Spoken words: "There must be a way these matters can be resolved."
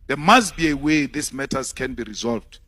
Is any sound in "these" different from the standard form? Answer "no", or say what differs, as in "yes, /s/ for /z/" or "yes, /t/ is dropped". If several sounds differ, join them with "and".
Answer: yes, /s/ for /z/